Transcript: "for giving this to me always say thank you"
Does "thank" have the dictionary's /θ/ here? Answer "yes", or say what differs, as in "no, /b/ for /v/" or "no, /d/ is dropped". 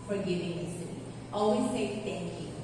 no, /t/ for /θ/